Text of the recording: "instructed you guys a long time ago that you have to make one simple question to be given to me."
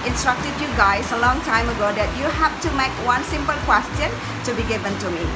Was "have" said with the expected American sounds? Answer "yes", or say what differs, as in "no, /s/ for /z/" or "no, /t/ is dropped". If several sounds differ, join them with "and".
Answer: no, /f/ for /v/